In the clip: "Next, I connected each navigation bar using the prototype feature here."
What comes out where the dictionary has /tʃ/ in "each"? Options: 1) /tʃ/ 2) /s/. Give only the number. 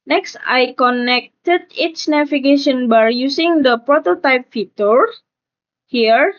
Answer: 2